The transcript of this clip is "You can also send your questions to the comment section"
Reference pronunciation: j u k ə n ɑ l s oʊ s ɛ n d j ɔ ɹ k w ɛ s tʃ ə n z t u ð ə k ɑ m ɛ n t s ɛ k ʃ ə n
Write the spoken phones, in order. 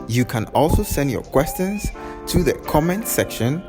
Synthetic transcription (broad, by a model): j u k ə n ɑ l s oʊ s ɛ n d j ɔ k w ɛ s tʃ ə n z t u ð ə k ɑ m ɛ n t s ɛ k ʃ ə n